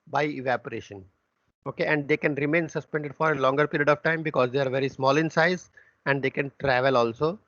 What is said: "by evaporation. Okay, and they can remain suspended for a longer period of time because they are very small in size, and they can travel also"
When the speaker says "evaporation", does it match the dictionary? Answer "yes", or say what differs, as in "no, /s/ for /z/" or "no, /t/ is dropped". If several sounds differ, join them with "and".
yes